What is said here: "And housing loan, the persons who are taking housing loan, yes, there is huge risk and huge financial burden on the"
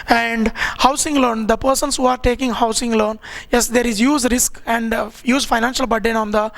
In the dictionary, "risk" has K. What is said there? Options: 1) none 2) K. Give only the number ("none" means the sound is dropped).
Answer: 2